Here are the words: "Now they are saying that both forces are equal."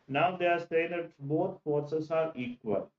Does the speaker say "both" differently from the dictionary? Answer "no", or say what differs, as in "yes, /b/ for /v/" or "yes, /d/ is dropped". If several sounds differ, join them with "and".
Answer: yes, /t/ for /θ/